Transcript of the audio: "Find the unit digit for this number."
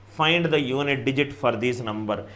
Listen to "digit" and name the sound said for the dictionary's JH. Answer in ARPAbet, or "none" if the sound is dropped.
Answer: JH